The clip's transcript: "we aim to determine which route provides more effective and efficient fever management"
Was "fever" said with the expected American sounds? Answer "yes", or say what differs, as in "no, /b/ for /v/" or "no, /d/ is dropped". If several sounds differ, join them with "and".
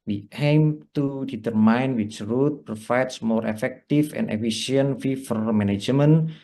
no, /f/ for /v/